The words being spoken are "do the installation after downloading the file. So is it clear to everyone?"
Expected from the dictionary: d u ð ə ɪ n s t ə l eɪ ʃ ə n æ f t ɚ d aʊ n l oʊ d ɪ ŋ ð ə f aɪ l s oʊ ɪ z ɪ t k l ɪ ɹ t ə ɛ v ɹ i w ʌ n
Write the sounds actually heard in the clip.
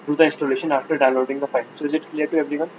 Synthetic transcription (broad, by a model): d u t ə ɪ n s t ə l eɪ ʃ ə n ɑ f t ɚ d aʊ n l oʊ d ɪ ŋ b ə p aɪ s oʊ ɪ z ɪ t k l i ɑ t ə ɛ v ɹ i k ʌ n